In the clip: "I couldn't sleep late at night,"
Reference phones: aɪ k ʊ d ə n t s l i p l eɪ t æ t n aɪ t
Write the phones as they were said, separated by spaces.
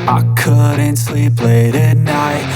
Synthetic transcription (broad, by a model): aɪ k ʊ d n t s l i p l eɪ t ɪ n aɪ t